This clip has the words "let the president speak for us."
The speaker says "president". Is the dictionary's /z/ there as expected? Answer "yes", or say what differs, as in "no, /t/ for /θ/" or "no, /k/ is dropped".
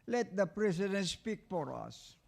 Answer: no, /s/ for /z/